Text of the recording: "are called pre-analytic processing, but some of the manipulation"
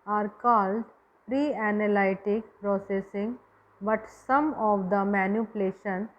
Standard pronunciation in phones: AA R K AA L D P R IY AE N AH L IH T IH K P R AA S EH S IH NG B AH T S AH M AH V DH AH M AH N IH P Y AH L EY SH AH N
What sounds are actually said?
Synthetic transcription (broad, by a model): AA R K AA L D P R IY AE N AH L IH T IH K P R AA S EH S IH NG B AH T S AH M AH V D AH M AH N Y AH L EY SH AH N